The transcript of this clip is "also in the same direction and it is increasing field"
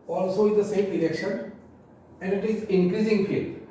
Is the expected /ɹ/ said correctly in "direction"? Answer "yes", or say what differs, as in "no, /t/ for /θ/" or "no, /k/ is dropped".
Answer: no, /l/ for /ɹ/